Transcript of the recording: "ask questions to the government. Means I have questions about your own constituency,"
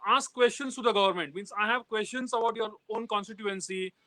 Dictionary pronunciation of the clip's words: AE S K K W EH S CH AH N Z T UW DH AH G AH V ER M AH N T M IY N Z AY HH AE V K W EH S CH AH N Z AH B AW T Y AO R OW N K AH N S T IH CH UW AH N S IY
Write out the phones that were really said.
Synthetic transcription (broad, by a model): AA S K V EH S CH AH N S T UW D AH G AH V ER M AH N T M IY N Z AY HH AE V K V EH S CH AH N S AH B AW T Y AO R OW N K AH N S T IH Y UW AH N S IY